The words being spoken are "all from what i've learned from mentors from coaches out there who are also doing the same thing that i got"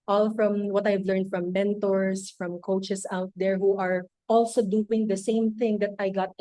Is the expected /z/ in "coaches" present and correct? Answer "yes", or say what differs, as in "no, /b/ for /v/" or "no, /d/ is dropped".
no, /s/ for /z/